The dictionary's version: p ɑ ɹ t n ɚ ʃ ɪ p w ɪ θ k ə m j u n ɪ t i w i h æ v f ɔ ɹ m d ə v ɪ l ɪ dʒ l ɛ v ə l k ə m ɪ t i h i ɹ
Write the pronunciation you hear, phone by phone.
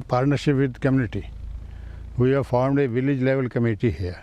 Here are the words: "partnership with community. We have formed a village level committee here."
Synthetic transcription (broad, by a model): p ɑ ɹ t n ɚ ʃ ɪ p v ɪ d k ə m j u n ɪ t i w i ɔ f ɔ ɹ m d ə v ɪ l ɪ dʒ l ɛ v ə l k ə m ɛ t i h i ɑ